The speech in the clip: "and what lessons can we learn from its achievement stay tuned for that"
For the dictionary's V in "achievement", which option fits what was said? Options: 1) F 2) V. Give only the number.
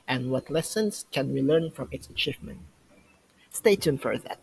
2